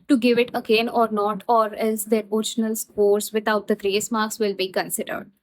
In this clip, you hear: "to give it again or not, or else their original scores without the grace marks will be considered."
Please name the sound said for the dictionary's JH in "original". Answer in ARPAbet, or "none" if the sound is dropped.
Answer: SH